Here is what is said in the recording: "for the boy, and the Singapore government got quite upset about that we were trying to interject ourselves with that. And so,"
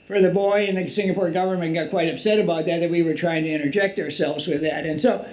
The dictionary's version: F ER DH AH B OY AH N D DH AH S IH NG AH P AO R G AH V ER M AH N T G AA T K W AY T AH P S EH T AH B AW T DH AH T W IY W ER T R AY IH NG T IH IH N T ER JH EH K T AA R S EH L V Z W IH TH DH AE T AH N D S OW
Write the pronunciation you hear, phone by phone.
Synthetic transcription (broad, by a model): F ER DH AH B OY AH N DH AH S IH NG AH P AO R G AH V ER M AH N G AA T K W AY T AH P S EH T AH B AW T DH AH T W IY W ER T R AY IH NG T IH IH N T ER JH EH K T AA R S EH L V Z W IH DH AE T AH N S OW